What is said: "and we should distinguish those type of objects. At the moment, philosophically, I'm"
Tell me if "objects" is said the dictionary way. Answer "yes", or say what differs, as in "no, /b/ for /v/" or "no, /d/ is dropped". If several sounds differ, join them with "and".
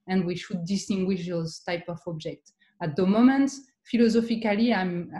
no, /s/ is dropped